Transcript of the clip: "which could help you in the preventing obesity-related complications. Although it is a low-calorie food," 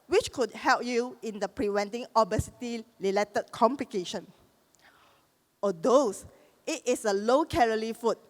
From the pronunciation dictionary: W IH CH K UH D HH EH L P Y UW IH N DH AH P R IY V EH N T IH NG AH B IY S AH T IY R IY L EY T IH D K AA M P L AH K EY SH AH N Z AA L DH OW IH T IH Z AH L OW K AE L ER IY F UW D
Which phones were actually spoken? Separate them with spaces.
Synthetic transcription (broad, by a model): W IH CH K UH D HH EH L P Y UW IH N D AH P R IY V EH N T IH NG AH B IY S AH T IY L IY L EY T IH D K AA M P L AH K EY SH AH N AA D OW IH T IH S AH L OW K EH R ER IY F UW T